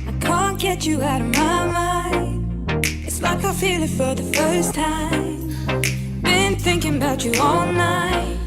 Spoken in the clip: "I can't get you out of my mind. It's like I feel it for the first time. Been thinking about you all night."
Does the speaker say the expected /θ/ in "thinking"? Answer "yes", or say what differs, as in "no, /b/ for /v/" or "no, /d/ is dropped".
yes